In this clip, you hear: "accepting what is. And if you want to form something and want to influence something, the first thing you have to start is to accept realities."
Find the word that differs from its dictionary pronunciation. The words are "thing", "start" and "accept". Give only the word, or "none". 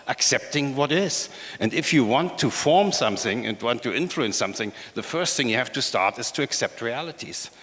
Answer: none